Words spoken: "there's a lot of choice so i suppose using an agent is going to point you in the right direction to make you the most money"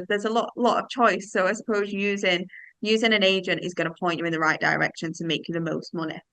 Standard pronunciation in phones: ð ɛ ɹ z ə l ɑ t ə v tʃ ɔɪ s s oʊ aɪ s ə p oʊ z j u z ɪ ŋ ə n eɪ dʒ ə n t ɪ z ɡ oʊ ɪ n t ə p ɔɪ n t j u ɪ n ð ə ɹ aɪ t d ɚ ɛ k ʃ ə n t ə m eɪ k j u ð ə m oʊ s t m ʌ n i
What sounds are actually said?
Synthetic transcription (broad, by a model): ð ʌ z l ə l ɑ t ə v tʃ ɔɪ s s oʊ aɪ s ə p oʊ z j u z ɪ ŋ ə n eɪ dʒ ə n t ɪ z ɡ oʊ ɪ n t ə p ɔɪ n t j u ɪ n ð ə ɹ aɪ t d ɚ ɛ k ʃ ə n t ə m eɪ k j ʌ ð ə m oʊ s t m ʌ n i